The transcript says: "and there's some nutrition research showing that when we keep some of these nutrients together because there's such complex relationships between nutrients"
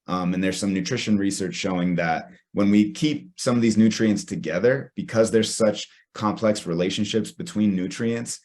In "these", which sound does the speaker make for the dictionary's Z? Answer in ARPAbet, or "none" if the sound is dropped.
Z